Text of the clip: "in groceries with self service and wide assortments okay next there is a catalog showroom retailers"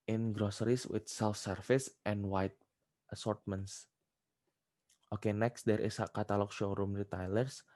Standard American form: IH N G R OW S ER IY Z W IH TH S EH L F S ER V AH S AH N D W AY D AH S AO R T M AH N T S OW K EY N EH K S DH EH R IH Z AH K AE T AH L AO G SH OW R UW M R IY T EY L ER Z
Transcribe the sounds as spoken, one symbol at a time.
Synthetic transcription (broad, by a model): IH N G R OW S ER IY S W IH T S EH L F S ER F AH S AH N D W AY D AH S AO R T M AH N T S OW K EY N EH K S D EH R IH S K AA T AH L AO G SH OW R UW M R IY T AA L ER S